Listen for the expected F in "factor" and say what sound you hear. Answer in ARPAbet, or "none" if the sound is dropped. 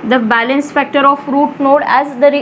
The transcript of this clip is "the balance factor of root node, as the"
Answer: F